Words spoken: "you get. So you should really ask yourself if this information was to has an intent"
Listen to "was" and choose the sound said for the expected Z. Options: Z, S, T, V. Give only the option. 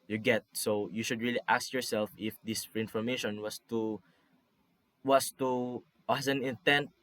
S